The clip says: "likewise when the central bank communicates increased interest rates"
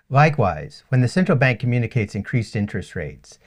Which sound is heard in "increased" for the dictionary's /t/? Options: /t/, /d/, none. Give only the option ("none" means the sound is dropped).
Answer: /t/